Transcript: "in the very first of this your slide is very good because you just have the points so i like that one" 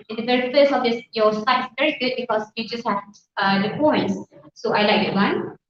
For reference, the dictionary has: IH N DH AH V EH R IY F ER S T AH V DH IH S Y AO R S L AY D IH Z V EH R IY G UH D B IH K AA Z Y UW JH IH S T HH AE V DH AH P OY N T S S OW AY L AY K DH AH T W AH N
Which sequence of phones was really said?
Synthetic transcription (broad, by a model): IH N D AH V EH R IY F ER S AH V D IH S Y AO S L AY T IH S V EH R IY G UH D B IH K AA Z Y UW JH IH S T HH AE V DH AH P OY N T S S OW AY L AY K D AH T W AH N